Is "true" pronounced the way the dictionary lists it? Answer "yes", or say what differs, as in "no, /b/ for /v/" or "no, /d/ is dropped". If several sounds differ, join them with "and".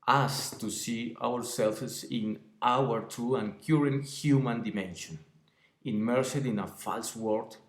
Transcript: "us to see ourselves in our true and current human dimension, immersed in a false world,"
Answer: no, /ɹ/ is dropped